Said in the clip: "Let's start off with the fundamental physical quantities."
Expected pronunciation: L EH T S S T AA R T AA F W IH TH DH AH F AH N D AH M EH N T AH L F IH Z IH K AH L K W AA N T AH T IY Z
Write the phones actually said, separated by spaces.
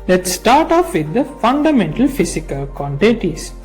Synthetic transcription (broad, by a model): L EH T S S T AA R T AA F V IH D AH F AH N D AH M EH N T AH L F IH S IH K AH L K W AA N T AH T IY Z